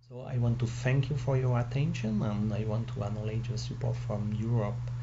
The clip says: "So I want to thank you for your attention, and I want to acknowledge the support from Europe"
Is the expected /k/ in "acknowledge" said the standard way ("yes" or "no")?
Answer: no